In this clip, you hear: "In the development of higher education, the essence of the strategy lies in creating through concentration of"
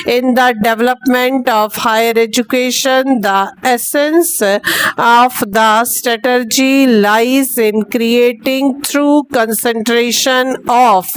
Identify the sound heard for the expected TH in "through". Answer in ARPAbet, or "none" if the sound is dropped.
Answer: T